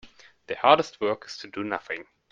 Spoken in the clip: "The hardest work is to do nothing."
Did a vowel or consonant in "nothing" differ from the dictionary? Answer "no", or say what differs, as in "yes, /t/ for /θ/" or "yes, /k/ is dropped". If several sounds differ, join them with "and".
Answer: no